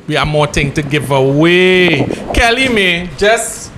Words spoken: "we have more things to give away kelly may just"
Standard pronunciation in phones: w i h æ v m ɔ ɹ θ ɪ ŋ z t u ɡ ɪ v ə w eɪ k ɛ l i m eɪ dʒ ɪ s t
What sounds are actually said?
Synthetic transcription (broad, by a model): w i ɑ m ɔ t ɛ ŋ t u ɡ ɪ v ə w eɪ k ɛ l i m eɪ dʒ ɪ s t